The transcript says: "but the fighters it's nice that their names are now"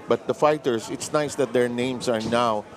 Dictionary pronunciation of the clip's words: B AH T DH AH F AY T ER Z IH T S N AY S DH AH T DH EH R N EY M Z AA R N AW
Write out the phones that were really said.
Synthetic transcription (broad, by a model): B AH T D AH F AY T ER S IH T S N AY S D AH T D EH R N EY M S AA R N AW